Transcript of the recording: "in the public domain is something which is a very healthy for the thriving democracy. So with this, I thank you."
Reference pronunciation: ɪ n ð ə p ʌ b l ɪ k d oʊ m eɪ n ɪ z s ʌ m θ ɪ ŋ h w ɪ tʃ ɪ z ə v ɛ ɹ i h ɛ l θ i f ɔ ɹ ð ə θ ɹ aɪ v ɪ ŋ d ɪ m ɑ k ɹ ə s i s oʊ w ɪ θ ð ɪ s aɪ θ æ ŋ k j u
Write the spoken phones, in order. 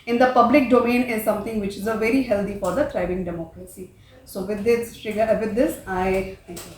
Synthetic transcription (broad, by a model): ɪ n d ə p ʌ b l ɪ k d oʊ m eɪ n ɪ z s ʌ m t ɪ ŋ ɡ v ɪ tʃ ɪ z ə v ɛ ɹ i h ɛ l t i f ɔ ɹ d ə t ɹ aɪ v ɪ ŋ d ɪ m ɑ k ɹ ə s i s oʊ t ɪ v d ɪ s aɪ t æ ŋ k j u